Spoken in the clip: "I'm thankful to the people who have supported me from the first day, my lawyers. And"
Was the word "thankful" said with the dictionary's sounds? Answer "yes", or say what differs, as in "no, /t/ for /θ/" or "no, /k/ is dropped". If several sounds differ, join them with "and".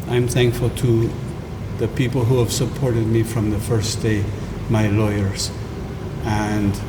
yes